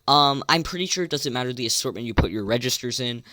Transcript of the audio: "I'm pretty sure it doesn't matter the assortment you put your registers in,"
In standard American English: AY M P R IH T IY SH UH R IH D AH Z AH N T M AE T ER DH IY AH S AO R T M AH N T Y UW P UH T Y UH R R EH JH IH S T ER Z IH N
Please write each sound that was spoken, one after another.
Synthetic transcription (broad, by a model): AY M P R IH T IY SH UH R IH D AH Z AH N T M AE T ER DH IY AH S AO R T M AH N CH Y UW P UH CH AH R R EH JH IH S T ER Z IH N